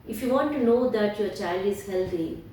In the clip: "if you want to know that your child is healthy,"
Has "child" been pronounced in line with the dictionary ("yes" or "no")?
yes